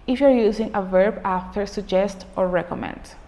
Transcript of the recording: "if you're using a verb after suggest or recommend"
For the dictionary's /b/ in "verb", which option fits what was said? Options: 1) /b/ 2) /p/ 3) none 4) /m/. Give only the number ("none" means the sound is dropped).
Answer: 1